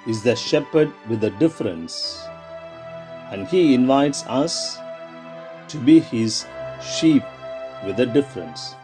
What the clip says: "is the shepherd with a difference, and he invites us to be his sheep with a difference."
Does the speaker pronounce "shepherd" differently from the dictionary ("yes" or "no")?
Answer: no